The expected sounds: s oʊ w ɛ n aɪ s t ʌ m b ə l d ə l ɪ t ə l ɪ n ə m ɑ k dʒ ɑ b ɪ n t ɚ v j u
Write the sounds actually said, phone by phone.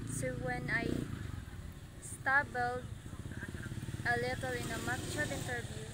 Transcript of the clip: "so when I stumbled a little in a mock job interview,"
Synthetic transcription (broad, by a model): s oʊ w ɛ n aɪ s t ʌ b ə l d ə l ɪ t ə l ɪ n ə m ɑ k tʃ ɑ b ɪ n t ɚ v j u